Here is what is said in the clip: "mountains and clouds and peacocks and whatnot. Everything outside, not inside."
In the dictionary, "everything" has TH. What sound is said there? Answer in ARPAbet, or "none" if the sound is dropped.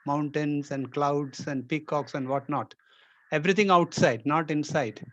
T